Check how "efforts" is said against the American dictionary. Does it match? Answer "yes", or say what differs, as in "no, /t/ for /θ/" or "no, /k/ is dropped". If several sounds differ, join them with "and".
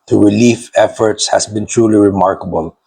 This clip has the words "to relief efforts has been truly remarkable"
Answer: yes